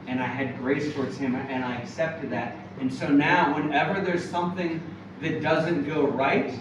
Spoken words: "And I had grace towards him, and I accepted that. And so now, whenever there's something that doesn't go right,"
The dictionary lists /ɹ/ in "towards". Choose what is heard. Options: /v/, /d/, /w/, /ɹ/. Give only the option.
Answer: /ɹ/